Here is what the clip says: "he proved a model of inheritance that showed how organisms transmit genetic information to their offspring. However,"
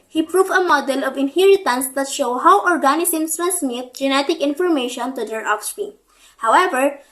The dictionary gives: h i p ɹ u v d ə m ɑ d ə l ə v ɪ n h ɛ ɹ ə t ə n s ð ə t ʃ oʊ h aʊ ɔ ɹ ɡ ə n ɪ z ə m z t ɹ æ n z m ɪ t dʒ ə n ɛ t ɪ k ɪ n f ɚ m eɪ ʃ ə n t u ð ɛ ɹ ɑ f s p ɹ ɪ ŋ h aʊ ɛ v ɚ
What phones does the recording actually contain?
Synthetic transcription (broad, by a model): h i p ɹ u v ə m ɑ d ə l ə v ɪ n h ɛ ɹ ə t ə n s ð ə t ʃ oʊ h aʊ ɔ ɹ ɡ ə n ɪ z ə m s t ɹ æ n s m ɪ t dʒ ə n ɛ t ɪ k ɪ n f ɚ m eɪ ʃ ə n t u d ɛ ɹ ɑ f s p i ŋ h aʊ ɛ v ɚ